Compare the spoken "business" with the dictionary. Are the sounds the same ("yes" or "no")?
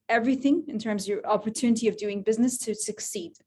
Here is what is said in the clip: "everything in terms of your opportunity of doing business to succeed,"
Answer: yes